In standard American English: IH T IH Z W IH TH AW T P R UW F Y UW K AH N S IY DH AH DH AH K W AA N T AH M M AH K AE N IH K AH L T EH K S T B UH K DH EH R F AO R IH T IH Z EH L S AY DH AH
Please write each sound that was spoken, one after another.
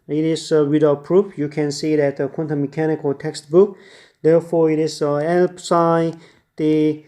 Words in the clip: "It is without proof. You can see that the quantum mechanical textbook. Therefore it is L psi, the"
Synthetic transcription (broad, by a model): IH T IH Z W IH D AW P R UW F Y UW K AH N S IY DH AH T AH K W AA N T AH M M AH K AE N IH K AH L T EH K S T B UH K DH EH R F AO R IH T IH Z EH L S AY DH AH